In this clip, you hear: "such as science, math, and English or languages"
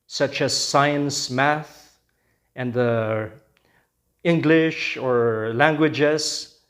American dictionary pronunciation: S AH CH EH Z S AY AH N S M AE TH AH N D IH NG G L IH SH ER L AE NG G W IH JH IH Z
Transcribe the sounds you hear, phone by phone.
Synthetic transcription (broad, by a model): S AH CH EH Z S AY AH N S M AE TH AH N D IH NG G L IH SH ER L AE NG G W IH JH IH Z